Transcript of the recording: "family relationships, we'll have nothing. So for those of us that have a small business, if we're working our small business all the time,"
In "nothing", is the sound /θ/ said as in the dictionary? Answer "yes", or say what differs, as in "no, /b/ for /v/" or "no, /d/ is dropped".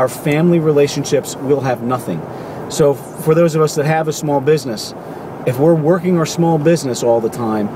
yes